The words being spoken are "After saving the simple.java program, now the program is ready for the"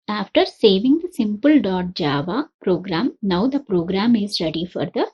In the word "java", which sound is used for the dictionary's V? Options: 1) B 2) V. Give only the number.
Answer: 2